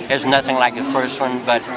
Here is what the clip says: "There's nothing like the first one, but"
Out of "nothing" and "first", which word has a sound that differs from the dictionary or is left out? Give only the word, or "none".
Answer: none